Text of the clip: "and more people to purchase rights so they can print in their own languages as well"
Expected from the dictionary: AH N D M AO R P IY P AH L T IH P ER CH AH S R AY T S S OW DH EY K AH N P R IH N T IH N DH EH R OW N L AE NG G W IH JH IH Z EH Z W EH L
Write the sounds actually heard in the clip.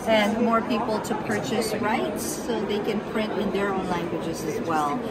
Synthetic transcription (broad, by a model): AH N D M AO R P IY P L T IH P ER CH AH S R AY T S S OW DH EY K AH N P R IH N T IH N DH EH R OW N L AE NG G W IH JH IH Z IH Z W EH L